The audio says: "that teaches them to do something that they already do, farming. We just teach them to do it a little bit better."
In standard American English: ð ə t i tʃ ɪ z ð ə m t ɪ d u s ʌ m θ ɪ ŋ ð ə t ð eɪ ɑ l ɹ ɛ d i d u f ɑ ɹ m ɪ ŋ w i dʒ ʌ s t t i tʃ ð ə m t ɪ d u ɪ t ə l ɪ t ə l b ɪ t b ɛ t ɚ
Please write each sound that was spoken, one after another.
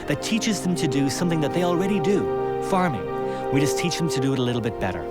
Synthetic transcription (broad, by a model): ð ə t i tʃ ɪ z ð ə m t ɪ d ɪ s ʌ m θ ɪ ŋ ð ə t ð eɪ ɑ l ɹ ɛ d i d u f ɑ ɹ m ɪ ŋ w i dʒ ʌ s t t i tʃ ð ə m t ɪ d ɪ t ə l ɪ t l b ɪ t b ɛ t ɚ